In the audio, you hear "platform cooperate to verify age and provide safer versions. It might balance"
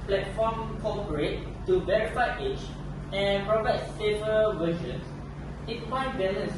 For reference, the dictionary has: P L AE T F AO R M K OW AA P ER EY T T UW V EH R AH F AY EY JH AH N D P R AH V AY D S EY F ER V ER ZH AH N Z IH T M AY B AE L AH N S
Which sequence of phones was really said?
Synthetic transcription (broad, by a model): P L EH T F AO M K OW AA P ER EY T T UW V EH R AH F AY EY CH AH N P R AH V AY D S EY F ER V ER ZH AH N S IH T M AY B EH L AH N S